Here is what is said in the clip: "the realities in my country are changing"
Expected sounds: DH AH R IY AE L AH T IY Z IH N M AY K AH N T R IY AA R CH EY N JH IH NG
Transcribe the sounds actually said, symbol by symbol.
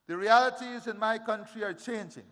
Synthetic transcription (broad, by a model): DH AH R IY AE L AH T IY Z IH N M AY K AH N T R IY AA R CH EY N JH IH NG